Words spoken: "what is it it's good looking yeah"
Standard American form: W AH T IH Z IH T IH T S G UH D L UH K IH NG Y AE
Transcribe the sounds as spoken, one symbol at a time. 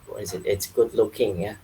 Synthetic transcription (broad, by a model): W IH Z IH T IH T S G UH D L UH K IH NG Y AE